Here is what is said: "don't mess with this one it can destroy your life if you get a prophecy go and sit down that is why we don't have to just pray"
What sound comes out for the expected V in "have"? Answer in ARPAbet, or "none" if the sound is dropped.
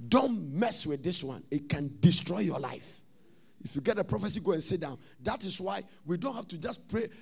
F